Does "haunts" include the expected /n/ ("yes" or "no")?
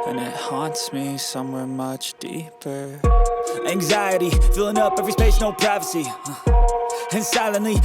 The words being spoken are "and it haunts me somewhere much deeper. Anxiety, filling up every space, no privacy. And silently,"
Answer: yes